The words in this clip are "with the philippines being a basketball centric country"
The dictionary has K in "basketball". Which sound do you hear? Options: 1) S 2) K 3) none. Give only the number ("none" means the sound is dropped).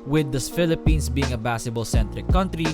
3